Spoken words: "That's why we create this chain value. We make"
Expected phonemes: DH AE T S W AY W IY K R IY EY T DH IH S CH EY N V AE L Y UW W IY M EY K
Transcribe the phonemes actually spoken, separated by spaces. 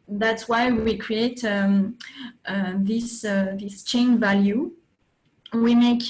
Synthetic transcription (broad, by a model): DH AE T S W AY W IY K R IY EY T DH IH S CH EY N V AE L Y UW W IY M EY K